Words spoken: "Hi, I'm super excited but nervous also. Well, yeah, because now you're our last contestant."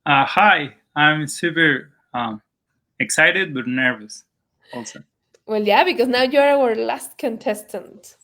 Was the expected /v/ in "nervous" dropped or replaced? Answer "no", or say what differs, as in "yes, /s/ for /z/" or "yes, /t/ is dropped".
no